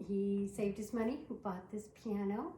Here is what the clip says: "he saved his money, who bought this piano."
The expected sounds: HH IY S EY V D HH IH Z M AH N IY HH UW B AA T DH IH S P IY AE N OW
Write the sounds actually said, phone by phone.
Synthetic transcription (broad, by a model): HH IY S EY V D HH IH S M AH N IY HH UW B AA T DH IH S P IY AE N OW